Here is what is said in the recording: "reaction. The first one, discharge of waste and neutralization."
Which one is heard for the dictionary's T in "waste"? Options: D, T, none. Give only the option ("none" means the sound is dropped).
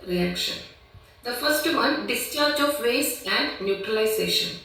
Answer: none